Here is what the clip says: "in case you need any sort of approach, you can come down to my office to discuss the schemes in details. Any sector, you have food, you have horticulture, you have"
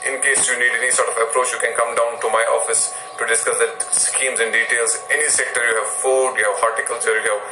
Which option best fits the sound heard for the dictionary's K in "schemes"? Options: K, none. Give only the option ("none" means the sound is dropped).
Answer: K